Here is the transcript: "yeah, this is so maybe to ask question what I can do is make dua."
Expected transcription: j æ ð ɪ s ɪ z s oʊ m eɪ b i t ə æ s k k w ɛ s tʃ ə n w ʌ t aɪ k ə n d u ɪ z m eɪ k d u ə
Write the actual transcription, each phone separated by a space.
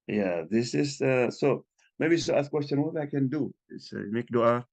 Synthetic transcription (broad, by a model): j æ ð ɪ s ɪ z s oʊ m eɪ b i s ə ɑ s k k w ɛ s tʃ ə n w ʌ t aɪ k ə n d u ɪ s m eɪ k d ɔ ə